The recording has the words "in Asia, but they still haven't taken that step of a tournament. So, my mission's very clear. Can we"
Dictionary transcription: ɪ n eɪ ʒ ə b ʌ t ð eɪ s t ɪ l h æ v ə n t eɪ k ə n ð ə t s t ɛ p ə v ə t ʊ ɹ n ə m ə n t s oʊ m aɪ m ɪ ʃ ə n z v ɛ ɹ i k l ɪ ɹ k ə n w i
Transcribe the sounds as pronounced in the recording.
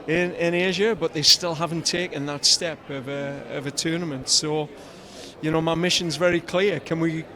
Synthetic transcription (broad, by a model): ɪ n eɪ ʒ ə b ʌ t ð eɪ s t ɪ l h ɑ v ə n t eɪ k ə n ð ə t s t ɛ p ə v ə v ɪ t n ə m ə n t s oʊ m aɪ m ɪ ʃ ə n z v ɛ ɹ i k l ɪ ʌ k ə n w i